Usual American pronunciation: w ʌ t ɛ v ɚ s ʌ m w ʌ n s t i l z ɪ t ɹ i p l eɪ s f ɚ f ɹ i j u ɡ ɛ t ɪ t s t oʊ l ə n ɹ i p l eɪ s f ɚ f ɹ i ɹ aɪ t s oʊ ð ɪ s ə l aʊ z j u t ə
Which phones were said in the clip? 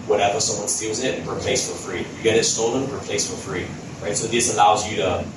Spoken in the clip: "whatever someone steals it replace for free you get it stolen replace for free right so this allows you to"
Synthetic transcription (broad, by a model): w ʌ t ɛ v ɚ s ʌ m w ʌ n s t i l z ɪ t ɹ i p l eɪ s f ɚ f ɹ i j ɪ ɡ ɛ t ɪ t s t oʊ l ə n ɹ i p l eɪ s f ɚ f ɹ i ɹ aɪ t s oʊ ð ɪ s ə l aʊ z j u t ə